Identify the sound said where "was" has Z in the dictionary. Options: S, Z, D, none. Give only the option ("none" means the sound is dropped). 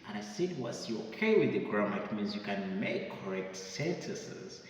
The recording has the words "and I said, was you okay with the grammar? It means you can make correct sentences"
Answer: S